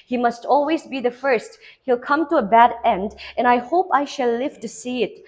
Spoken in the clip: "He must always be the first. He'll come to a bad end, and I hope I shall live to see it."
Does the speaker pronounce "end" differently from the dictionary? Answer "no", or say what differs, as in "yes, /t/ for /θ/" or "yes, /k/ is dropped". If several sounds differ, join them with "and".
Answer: no